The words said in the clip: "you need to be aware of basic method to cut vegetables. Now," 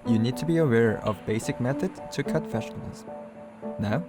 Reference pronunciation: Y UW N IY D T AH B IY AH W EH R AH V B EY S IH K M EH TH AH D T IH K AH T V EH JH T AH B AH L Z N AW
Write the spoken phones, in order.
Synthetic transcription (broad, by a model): Y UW N IY D T AH B IY AH W EH R AH V B EY S IH K M EH TH AH D T IH K AH T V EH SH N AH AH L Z N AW